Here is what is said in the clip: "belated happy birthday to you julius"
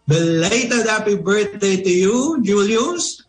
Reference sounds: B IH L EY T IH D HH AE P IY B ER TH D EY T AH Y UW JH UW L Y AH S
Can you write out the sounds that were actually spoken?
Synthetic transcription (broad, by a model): B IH L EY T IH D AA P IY B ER T D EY T AH Y UW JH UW L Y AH S